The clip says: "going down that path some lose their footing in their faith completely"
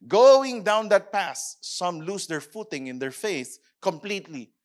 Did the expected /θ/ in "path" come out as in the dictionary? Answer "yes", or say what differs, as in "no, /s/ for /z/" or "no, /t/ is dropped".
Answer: no, /s/ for /θ/